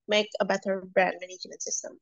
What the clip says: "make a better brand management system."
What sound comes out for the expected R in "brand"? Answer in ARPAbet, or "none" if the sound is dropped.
R